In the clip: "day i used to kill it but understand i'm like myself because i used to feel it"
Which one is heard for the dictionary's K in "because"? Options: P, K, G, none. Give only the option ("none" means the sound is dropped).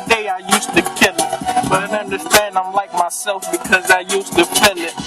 K